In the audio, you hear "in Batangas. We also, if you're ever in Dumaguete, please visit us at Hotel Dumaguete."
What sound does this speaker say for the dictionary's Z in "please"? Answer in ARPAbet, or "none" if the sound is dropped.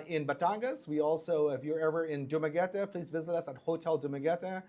Z